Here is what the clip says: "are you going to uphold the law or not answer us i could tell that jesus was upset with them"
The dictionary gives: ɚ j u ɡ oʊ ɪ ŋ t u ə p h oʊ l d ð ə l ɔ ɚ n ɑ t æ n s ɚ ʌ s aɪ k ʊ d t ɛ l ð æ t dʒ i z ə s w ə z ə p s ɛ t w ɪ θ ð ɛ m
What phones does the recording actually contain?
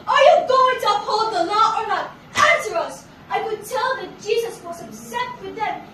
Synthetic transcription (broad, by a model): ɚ j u ɡ oʊ ɪ ŋ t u ə p h oʊ l d ð ə l ɔ ɚ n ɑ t æ n s ɚ ʌ s aɪ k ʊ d t ɛ l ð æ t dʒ i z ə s w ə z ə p s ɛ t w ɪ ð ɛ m